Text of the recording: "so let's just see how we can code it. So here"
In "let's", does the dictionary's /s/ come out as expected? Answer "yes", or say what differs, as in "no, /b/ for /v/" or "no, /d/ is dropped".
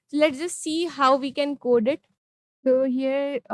no, /s/ is dropped